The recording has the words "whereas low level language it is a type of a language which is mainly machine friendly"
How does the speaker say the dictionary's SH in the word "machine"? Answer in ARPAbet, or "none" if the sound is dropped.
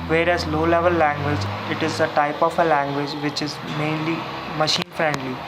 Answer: SH